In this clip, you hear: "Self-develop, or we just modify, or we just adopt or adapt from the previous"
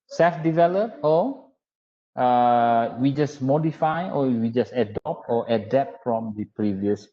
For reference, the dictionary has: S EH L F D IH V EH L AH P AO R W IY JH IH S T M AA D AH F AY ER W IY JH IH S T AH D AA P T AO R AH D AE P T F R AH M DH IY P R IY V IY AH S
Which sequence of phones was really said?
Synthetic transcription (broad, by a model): S EH L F D IH V EH L AH P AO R W IY JH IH S M AA D AH F AY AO W IY JH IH S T AH D AA P T AO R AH D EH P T F R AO M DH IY P R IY V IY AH S